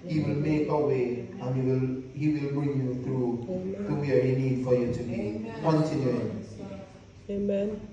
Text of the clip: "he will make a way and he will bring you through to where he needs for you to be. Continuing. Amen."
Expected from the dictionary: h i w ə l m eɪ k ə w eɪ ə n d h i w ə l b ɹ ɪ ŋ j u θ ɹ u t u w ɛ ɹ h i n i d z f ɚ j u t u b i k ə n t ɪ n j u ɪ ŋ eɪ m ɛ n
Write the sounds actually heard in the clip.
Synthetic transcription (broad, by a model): h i w ə l m eɪ k ə w eɪ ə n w h i w ə l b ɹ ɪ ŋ j u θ ɹ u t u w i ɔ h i n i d f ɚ j u t u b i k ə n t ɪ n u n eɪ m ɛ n